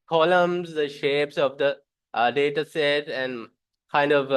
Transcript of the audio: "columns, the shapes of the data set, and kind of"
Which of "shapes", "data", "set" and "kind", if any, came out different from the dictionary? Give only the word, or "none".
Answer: none